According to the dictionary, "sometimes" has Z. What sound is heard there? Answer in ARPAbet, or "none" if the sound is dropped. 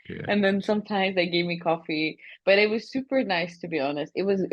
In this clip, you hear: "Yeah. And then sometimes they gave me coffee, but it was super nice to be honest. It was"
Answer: Z